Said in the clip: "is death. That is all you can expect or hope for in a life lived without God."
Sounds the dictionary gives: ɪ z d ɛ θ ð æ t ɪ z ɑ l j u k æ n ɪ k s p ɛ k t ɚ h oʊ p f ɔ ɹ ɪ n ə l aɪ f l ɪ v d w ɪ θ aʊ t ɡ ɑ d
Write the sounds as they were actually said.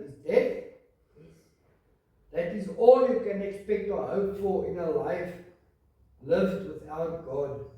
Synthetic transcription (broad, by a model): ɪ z d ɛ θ ð æ t ɪ z ɑ l j u k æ n ɪ k s p ɛ k t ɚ h oʊ p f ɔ l ɪ n ə l aɪ f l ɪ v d w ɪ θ aʊ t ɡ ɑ d